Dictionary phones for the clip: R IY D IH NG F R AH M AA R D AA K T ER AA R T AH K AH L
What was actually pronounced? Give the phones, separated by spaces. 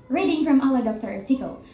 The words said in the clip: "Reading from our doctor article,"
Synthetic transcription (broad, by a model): R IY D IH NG F R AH M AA L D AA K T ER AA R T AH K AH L